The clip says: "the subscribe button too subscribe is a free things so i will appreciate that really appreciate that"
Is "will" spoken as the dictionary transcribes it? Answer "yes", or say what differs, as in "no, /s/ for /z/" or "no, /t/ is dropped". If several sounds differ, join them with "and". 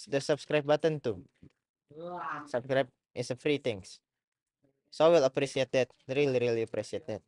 yes